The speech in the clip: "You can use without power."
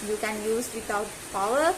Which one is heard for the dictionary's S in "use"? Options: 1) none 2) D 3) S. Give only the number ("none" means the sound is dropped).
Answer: 3